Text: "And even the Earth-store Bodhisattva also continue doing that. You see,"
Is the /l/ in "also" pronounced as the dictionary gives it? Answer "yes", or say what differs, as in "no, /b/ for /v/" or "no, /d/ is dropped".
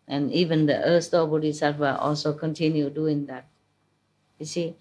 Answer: yes